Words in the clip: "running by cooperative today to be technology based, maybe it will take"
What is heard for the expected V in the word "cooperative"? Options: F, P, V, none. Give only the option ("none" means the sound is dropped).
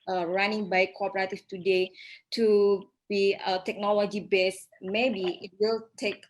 F